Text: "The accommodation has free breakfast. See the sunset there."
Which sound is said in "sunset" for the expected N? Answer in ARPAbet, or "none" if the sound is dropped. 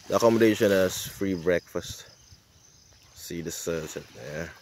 none